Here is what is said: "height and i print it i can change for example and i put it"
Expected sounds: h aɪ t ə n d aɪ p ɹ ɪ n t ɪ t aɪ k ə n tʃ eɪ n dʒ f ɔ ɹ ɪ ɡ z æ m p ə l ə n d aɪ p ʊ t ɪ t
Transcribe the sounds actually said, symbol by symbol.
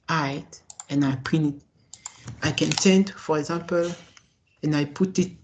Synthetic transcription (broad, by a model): aɪ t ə n aɪ p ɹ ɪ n ɪ t aɪ k ə n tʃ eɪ n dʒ f ɔ ɹ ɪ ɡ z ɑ m p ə l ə n aɪ p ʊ t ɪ t